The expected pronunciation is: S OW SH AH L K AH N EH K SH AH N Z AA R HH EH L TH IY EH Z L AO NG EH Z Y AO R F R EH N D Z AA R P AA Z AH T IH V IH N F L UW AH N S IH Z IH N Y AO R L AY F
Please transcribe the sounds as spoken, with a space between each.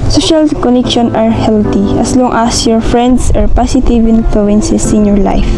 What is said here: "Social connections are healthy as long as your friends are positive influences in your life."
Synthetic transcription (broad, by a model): S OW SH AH L K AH N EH K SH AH N AA R HH EH L T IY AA S L AO NG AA S Y AO R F R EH N D S AA R P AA S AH T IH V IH N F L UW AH N S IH S IH N Y AO R L AY F